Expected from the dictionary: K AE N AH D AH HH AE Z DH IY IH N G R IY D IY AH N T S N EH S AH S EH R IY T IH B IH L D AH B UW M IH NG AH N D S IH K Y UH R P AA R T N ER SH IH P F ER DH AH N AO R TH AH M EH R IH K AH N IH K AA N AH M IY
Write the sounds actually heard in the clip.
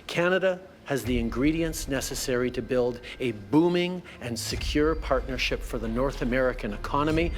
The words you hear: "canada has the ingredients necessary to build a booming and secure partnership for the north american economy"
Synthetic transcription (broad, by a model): K AE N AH D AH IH Z DH IY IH N G R IY D IY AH N S N EH S AH S EH R IY T IH B IH L D AH B UW M IH NG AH N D S IH K Y UH R P AA R T N ER SH IH P F ER DH AH N AO R TH AH M EH R IH K AH N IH K AA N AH M IY